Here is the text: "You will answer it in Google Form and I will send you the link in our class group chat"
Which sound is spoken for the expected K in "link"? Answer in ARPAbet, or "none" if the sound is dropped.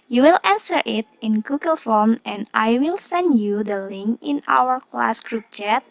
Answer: K